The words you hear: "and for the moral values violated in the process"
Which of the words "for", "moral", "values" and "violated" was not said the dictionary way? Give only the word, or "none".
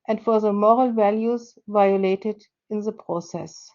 none